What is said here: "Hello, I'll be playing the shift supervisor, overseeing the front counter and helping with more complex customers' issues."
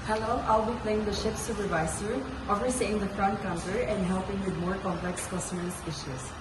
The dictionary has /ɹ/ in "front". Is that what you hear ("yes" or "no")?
yes